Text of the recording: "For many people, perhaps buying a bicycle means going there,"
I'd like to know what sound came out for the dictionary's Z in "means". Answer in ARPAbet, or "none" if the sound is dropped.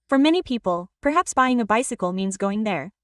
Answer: Z